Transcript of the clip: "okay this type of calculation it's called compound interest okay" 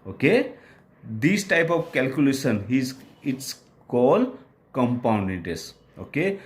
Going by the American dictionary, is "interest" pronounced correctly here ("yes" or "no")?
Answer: no